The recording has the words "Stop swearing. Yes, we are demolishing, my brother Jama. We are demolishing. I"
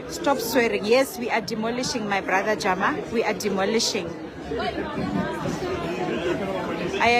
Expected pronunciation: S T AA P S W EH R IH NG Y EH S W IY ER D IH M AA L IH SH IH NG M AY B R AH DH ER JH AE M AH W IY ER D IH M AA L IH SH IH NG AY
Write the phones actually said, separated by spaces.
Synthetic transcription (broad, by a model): S T AA P S W EH R IH NG Y EH S W IY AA D IH M AA L IH SH IH NG M AY B R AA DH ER JH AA M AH W IY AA D IH M AA L IH SH IH NG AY